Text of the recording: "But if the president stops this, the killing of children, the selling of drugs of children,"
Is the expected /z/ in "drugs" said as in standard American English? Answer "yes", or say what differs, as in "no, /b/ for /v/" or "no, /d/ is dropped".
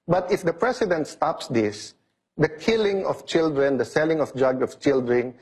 no, /z/ is dropped